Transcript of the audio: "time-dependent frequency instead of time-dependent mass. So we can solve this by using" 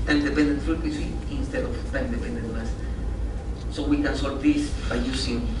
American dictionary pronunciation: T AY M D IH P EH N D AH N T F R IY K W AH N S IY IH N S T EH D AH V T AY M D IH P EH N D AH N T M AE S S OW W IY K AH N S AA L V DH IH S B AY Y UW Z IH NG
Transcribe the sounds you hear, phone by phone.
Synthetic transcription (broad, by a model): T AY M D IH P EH N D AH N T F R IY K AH S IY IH N S T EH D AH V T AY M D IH P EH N D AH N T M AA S S OW W IY K AH N S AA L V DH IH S B AY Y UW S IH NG